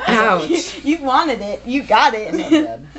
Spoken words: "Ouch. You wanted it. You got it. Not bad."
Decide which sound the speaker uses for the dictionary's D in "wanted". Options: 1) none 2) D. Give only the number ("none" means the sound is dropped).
2